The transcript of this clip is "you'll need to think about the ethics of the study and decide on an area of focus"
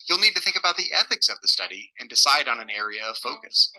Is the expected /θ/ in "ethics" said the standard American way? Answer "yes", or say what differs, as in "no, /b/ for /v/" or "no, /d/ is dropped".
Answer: yes